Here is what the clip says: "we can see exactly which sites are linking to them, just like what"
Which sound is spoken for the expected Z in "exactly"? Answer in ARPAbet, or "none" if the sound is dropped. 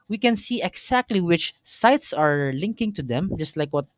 S